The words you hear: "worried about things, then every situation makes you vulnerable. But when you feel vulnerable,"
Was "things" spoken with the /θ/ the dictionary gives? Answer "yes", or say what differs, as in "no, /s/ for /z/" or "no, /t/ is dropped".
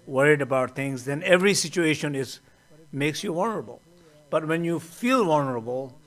no, /t/ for /θ/